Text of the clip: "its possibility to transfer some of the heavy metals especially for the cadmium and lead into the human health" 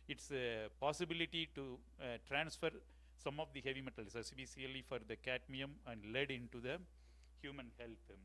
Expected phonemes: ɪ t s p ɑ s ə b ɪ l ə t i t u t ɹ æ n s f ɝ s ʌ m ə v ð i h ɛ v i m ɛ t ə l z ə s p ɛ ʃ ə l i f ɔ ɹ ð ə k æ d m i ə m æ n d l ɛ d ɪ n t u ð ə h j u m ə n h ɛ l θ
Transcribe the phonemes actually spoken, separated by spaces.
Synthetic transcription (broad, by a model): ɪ t s p ɑ s ə b ɪ l ə t i t u t ɹ æ n s f ɝ s ʌ m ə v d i h ɛ v i m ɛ t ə l s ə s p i s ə l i f ɔ ɹ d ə k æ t m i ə m æ n d l ɛ d ɪ n t u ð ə h j u m ə n h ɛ l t